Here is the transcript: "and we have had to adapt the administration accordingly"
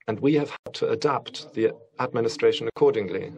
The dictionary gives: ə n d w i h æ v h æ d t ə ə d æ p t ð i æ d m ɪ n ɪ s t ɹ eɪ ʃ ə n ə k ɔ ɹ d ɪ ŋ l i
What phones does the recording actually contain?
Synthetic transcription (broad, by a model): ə n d w i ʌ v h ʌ d t ə ə d æ p t ð i æ d m ɪ n ɪ s t ɹ eɪ ʃ ə n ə k ɔ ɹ d ɪ ŋ l i